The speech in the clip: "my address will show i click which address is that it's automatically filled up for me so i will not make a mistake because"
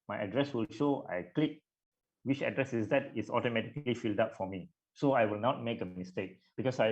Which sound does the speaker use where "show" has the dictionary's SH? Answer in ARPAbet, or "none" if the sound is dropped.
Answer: SH